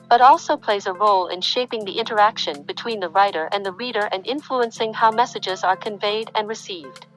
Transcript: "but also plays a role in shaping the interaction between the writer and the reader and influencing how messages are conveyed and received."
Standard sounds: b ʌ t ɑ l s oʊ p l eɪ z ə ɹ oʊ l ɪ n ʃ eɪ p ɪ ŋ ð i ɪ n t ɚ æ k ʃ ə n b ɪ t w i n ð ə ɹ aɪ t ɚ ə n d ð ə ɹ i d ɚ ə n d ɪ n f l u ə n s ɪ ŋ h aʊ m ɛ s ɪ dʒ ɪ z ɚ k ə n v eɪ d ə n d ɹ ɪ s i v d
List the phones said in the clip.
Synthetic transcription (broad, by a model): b ʌ t ɑ l s oʊ p l eɪ z ə ɹ oʊ l ɪ n ʃ eɪ p ɪ ŋ ð i ɪ n t ɚ æ k ʃ ə n b ɪ t w i n ð ə ɹ aɪ t ɚ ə n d ð ə ɹ i d ɚ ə n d ɪ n f l u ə n s ɪ ŋ h aʊ m ɛ s ɪ dʒ ɪ z ɚ k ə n v eɪ d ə n ɹ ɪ s i v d